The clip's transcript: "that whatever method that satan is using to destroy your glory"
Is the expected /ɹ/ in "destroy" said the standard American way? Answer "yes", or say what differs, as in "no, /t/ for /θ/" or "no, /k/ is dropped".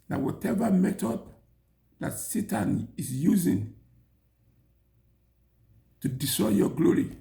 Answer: no, /ɹ/ is dropped